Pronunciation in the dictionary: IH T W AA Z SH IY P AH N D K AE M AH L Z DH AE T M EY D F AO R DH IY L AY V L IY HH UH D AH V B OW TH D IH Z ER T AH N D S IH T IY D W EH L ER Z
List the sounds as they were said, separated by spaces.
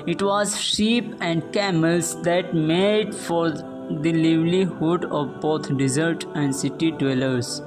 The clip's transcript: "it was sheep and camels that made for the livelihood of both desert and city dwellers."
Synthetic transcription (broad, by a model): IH T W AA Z SH IY P AH N D K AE M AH L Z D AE T M EY D F AO R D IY L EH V L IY HH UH D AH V B OW T D IH Z ER T AH N D S IH T IY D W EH L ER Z